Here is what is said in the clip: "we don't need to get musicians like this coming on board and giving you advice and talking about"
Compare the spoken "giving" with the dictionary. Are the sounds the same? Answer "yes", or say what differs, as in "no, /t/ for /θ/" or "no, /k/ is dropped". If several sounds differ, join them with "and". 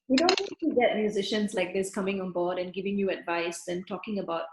yes